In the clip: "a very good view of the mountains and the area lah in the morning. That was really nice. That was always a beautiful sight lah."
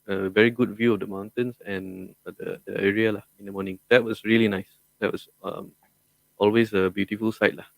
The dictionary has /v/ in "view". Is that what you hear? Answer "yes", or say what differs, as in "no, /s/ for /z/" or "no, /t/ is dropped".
yes